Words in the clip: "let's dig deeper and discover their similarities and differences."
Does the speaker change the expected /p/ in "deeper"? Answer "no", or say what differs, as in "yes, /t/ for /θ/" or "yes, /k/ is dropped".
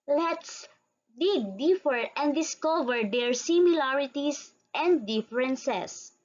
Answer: yes, /f/ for /p/